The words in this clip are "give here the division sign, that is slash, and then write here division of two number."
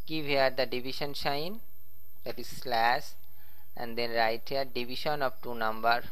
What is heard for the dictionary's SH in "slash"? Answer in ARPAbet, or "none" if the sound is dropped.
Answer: S